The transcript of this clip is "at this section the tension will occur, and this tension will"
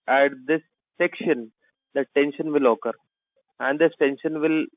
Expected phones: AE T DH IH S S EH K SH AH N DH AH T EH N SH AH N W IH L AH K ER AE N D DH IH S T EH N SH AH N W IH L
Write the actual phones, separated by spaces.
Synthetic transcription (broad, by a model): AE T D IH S S EH K SH AH N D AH T EH N SH AH N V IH L AH K ER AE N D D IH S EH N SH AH N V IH L